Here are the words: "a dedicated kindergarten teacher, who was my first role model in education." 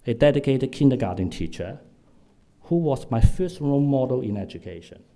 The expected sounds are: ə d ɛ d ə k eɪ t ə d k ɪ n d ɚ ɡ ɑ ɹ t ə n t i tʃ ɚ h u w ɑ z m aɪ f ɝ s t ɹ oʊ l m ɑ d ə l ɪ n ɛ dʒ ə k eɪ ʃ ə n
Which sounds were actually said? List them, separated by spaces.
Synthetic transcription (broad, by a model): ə d ɛ d ə k eɪ t ə d k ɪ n d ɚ ɡ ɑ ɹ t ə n t i tʃ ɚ h u w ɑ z m aɪ f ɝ s t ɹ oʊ n m ɑ d ə l ɪ n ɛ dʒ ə k eɪ ʃ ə n